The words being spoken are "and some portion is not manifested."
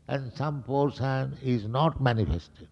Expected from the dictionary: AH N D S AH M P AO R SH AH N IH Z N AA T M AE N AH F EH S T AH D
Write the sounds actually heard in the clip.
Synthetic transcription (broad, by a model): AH N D S AH M P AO R S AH N IH Z N AA T M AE N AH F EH S T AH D